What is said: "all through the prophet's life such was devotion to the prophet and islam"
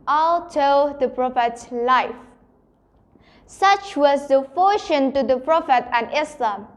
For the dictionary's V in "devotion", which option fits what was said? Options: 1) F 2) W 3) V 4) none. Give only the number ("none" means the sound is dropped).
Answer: 1